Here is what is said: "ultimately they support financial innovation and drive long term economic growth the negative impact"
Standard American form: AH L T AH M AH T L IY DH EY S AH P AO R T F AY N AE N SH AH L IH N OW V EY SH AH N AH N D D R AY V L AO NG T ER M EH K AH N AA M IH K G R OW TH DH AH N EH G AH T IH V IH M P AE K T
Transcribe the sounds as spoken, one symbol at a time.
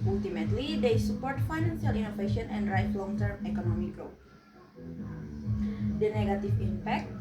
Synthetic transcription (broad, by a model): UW L T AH M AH T L IY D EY S AH P AO R T F AY N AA N S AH L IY N OW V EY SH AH N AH N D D R AY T L AO NG T ER M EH K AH N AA M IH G R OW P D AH N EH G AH T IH F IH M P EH K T